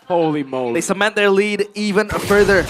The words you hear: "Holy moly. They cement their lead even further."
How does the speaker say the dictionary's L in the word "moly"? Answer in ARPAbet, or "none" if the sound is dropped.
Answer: none